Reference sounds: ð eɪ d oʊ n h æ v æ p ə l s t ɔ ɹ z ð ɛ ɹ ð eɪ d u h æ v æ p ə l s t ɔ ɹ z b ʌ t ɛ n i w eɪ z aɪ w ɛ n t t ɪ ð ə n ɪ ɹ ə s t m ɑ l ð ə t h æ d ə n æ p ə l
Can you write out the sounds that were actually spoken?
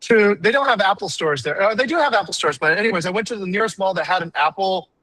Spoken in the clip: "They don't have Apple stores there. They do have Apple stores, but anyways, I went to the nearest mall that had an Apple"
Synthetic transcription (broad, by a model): ð eɪ d oʊ n h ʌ v æ p l s t ɔ ɹ z ð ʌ ɹ ð eɪ d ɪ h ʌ v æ p l s t ɔ ɹ z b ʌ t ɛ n i w eɪ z aɪ w ɛ n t t ɪ ð ə n ɪ ɹ ə s t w ɑ l ð ə t h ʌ d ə n æ p l